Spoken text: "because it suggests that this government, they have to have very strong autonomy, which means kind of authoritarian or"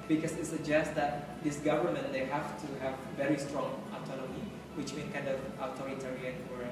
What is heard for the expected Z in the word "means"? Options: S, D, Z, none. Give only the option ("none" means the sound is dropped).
none